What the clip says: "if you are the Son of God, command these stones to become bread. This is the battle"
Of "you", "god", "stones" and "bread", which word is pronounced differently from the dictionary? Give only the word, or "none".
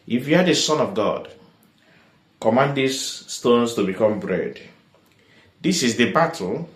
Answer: stones